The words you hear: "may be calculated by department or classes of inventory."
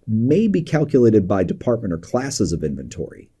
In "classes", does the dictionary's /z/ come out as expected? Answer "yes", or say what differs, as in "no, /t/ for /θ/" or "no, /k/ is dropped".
yes